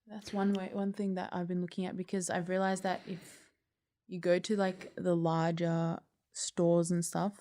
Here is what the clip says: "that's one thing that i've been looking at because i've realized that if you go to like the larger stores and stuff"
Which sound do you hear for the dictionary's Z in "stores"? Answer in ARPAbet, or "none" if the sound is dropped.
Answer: Z